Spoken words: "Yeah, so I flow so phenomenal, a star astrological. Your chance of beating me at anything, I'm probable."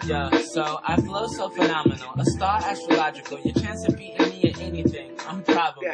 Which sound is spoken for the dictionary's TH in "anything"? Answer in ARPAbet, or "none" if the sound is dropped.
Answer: TH